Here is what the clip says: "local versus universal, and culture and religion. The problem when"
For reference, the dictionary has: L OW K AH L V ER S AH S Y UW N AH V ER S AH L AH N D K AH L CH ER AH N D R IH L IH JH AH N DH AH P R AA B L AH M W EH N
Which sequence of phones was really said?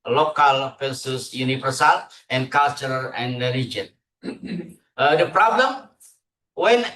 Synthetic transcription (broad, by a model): L OW K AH L P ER S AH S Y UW N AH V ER S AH L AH N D K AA L CH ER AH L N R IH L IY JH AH N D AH P R AA B L AH M W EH N